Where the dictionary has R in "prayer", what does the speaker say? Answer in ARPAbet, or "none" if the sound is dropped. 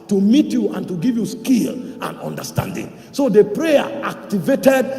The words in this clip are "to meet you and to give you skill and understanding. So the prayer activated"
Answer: R